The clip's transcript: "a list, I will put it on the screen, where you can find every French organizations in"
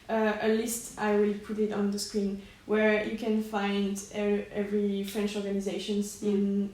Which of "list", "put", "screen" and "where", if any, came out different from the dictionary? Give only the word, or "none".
none